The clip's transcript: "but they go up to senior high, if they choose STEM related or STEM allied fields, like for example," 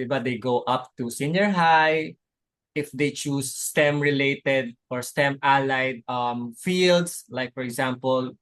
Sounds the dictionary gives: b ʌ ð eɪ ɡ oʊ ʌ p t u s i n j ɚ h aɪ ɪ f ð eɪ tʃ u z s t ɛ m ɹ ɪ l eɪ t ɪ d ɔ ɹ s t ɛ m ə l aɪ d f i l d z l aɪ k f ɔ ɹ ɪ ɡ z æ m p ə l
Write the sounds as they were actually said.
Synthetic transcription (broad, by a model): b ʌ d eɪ ɡ oʊ ʌ p t u s i n j ɚ h aɪ ɪ f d eɪ tʃ u s t ɛ m ɹ ɪ l eɪ t ɪ d ɔ ɹ s t ɛ m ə l aɪ d f i l d s l aɪ k f ɔ ɹ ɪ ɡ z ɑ m p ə l